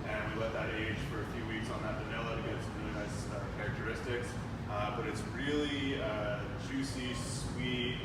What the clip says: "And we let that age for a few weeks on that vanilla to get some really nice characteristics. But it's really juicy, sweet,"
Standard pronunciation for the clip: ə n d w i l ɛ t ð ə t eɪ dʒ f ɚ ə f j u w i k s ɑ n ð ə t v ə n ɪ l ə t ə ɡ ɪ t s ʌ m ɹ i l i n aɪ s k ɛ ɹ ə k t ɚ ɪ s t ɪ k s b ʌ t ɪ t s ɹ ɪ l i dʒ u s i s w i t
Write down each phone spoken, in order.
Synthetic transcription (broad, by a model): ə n w i l ɛ t ð ə t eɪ ʒ f ɚ ə f j u w i k s n ð ə t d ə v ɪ l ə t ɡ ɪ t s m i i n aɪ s k ɛ ɹ ə k t ɚ ɪ s t ɪ k s b ʌ t ɪ t s ɹ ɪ l i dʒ u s i s w i t